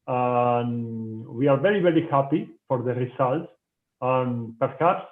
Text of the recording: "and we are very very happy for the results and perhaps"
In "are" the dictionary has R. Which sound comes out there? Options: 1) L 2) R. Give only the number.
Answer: 2